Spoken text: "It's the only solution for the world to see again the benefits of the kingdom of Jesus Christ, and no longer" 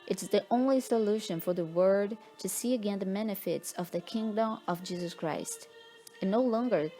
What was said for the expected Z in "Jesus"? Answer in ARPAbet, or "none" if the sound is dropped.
Z